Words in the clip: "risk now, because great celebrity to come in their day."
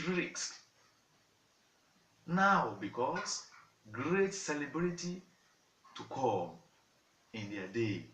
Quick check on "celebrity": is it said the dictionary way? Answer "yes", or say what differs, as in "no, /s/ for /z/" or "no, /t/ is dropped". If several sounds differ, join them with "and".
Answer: no, /l/ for /ɹ/